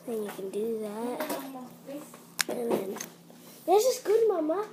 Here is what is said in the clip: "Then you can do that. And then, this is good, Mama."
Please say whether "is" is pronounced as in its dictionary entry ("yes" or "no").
no